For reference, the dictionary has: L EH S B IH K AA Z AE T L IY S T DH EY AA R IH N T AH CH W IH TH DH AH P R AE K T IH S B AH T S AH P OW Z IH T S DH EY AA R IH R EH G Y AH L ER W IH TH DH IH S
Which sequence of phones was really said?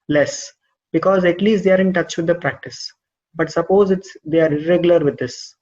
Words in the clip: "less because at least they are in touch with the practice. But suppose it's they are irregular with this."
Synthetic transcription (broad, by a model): L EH S B IH K AA Z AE T L IY S T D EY AA R IH N T AH CH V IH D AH P R AE K T IH S B AH T S AH P OW Z IH T S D EY AA R IH R EH G Y AH L ER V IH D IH S